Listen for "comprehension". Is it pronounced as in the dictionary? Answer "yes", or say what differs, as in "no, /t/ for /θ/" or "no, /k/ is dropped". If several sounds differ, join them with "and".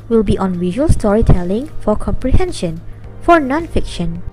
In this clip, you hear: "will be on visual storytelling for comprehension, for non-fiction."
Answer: yes